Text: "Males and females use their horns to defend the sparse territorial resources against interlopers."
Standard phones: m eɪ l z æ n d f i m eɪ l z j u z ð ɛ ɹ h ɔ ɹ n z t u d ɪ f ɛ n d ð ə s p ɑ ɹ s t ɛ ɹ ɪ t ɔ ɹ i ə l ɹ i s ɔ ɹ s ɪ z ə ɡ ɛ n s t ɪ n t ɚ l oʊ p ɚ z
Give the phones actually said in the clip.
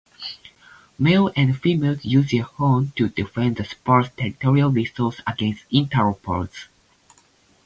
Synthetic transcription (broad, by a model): m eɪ l æ n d f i m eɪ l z j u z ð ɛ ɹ h ɔ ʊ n t u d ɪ f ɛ n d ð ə s p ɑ ɹ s t ɛ ɹ ɪ t ɔ ɹ i ə l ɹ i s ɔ l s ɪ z ə ɡ ɛ n s t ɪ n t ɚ oʊ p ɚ s